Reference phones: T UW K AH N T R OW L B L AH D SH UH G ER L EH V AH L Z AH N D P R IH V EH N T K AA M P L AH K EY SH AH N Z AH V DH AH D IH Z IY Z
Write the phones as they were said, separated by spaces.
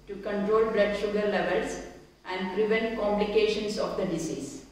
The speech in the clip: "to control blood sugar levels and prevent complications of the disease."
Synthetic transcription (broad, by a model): T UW K AH N T R OW L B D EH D SH UH G ER L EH V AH L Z AH N D P R IH V EH N T K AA M P L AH K EY SH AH N S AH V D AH D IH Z IY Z